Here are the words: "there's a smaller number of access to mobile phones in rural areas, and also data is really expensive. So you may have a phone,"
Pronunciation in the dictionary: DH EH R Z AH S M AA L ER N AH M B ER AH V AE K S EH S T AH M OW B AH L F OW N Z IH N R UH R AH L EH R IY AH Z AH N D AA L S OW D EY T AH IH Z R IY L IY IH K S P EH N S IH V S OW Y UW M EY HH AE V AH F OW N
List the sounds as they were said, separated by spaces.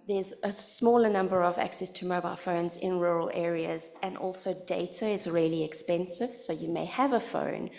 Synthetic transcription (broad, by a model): DH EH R Z AH S M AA L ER N AH M B ER AH V AE K S EH S T AH M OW B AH L F OW N Z IH N R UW R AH L EH R IY AH Z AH N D AA L S OW D EY T AH IH Z R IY L IY IH K S P EH N S IH V S OW Y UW M EY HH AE V AH F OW N